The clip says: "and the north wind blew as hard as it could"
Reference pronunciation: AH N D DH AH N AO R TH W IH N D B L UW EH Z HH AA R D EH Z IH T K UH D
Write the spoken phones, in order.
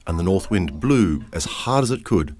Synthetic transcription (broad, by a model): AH N DH AH N AO R TH W IH N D B L UW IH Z HH AA R D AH Z IH T K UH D